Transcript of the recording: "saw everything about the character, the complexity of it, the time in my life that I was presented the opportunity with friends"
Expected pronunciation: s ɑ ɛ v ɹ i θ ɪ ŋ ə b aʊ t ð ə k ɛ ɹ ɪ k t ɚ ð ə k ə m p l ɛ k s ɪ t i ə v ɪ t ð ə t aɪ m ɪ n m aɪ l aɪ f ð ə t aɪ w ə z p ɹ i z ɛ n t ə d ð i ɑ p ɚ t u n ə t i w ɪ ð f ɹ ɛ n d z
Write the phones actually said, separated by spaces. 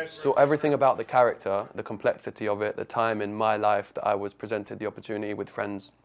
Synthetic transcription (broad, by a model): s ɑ ɛ v ɹ i θ ɪ ŋ ə b aʊ t ð ə k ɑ ɹ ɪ k t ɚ ð ə k ə m p l ɛ k s ɪ t i ə v ɪ t ð ə t aɪ m ɪ n m aɪ l aɪ f ð ə t aɪ w ə z p ɹ i z ɛ n t ə d ð i ɑ p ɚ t u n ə t i w ɪ ð f ɹ ɛ n d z